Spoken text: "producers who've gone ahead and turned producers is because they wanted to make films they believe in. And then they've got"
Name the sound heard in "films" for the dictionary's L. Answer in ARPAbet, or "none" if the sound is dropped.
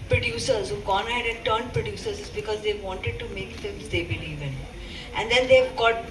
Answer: none